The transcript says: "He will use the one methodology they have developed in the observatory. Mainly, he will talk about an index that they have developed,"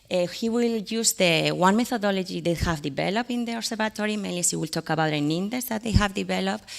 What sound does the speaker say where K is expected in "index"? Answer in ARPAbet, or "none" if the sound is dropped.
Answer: none